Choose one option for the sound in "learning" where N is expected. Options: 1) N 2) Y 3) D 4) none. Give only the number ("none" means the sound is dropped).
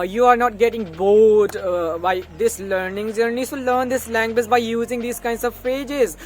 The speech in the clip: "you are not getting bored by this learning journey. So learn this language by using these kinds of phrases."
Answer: 1